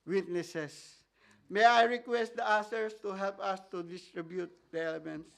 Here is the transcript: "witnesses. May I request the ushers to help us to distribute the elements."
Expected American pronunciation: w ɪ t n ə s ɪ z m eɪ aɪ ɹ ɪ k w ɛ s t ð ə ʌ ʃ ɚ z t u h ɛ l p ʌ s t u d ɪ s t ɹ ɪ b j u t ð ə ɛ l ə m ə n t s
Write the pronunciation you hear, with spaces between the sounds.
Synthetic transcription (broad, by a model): w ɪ t n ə s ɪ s m eɪ aɪ ɹ ɪ k w ɛ s t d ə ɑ s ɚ s t u h ɛ l p ʌ s t u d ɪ s t ɹ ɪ b j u t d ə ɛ l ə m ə n t s